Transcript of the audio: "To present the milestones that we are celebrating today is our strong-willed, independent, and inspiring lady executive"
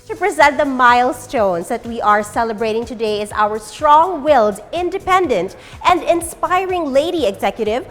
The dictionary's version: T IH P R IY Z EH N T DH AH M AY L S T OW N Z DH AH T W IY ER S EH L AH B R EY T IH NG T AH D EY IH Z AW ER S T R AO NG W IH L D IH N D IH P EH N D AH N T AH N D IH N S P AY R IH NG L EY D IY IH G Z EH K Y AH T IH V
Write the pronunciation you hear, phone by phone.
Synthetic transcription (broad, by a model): T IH P R IY Z EH N T DH AH M AY L S T OW N Z DH AH T W IY ER S EH L AH B R EY T IH NG T AH D EY IH Z AW ER S T R AO NG W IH L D IH N D IH P EH N D AH N T AH N D IH N S P AY R IH NG L EY D IY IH G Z EH K Y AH T IH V